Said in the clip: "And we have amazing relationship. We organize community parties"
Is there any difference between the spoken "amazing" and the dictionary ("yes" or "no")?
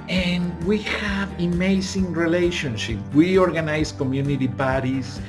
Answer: yes